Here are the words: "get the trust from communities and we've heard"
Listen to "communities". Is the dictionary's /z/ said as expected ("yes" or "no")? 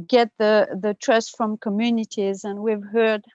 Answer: yes